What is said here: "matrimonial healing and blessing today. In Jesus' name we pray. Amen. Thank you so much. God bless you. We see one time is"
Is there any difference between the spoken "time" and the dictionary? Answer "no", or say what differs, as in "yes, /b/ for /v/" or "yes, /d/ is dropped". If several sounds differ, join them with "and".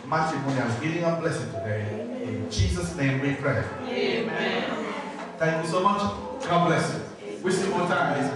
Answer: yes, /m/ is dropped